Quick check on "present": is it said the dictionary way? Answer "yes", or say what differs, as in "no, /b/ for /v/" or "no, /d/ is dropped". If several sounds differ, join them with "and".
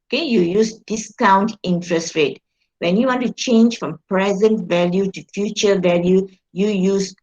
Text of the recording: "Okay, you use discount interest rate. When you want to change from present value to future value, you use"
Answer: yes